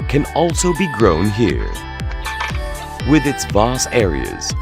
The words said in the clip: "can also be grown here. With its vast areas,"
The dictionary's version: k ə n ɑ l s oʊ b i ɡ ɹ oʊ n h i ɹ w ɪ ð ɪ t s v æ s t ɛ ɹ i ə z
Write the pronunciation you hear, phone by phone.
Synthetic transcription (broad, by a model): k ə n ɑ l s oʊ b i ɡ ɹ oʊ n h i ɹ w ɪ ð ɪ t s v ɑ s ɛ ɹ i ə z